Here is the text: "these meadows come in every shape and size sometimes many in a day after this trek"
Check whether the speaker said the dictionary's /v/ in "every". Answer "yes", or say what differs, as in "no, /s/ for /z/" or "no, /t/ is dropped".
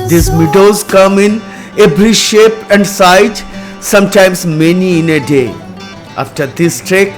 no, /b/ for /v/